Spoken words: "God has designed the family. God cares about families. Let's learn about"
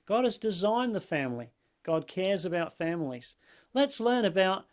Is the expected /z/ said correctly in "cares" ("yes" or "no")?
yes